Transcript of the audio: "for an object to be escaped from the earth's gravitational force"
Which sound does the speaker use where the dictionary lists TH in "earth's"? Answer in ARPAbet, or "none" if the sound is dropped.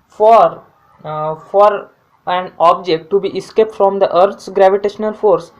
T